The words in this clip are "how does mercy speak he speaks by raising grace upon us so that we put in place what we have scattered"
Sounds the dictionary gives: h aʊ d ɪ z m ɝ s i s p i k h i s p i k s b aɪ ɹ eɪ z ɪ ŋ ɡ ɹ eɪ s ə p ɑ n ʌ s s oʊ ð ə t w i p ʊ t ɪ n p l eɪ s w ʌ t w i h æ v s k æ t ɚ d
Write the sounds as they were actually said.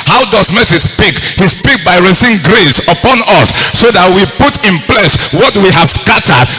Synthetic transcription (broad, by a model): h aʊ d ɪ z m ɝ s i s p i k h i s p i k b aɪ ɹ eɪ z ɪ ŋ ɡ ɹ eɪ s ə p ɑ n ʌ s s oʊ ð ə t w i p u t ɪ n p l eɪ s w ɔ t w i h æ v s k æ t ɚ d